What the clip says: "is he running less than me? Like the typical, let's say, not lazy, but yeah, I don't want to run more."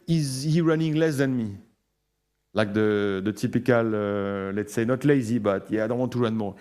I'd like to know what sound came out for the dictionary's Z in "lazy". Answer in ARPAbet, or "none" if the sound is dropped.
Z